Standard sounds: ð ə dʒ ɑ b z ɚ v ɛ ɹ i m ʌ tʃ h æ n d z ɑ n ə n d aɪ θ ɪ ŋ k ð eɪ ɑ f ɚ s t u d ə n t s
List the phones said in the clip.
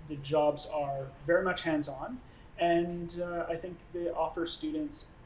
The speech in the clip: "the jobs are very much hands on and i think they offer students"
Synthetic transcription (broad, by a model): ð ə dʒ ɑ b z ɚ v ɛ ɹ i m ʌ tʃ h æ n d z n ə n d aɪ θ ɪ ŋ k ð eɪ ɑ f ɚ s t u d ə n t s